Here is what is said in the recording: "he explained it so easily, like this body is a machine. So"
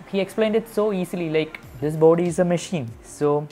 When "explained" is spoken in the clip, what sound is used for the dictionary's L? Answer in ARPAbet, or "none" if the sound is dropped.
L